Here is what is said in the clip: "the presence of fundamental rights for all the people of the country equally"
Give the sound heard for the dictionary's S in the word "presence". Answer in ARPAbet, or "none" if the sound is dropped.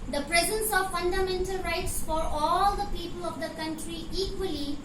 S